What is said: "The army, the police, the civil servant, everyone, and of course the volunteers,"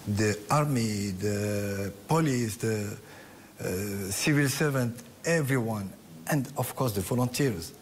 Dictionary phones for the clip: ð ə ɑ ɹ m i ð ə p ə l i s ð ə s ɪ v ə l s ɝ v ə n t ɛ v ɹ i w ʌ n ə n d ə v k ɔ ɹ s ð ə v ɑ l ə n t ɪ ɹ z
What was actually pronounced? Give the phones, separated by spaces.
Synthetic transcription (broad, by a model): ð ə ɑ ɹ m i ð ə p ə l i s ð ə s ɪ v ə l s ɝ v ə n t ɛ v ɹ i w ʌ n ə n d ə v k ɔ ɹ s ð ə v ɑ l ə n t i ɹ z